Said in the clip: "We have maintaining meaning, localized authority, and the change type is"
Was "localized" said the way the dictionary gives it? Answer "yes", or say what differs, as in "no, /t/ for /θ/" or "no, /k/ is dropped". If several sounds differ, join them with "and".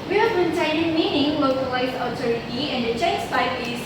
no, /d/ is dropped